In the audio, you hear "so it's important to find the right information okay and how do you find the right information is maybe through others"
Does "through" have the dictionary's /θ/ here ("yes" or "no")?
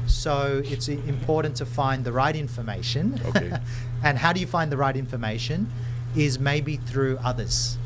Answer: yes